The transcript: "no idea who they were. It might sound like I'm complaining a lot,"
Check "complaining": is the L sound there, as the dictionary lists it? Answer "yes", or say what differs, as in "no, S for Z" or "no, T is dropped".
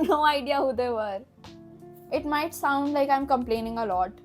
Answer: yes